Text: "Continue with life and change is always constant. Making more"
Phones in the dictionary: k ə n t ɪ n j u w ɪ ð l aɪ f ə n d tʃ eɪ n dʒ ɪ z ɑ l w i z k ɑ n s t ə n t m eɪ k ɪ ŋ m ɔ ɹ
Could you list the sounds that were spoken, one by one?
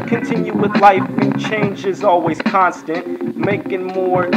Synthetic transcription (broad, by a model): k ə n t ɪ n j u w ɪ ð l aɪ f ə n tʃ eɪ n dʒ ɪ z ɑ l w i z k ɑ n s t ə n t m eɪ k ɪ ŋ m ɔ ɹ